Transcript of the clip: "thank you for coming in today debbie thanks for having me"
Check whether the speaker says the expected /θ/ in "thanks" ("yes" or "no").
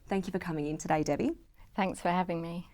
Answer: yes